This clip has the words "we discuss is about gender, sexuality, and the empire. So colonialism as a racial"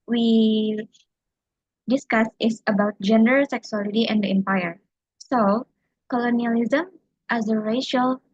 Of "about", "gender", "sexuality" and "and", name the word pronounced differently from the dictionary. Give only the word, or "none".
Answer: sexuality